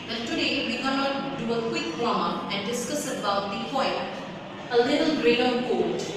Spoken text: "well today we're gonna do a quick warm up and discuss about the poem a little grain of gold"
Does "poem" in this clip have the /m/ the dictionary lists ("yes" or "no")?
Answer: no